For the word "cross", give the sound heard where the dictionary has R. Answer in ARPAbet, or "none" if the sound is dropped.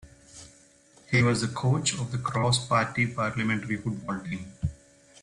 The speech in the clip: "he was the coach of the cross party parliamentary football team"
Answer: R